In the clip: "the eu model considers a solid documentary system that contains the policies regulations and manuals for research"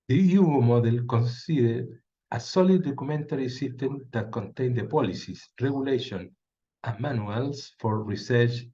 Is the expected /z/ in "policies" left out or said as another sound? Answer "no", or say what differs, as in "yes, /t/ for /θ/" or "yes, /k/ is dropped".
yes, /s/ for /z/